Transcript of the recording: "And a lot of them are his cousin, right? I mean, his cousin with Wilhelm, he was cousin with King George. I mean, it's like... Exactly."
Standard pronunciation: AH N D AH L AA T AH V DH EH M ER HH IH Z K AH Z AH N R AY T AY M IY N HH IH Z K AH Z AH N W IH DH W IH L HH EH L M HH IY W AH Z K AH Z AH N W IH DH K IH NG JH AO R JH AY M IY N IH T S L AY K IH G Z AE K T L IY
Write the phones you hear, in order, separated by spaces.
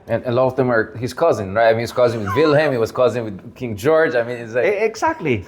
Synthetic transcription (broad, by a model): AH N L AH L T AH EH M ER HH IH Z K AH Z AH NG R AY T AY M IY N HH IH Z K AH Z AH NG W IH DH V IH L HH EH M HH IY W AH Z K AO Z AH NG W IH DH K IH NG JH AO R JH AY M IY N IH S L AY IH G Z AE K T L IY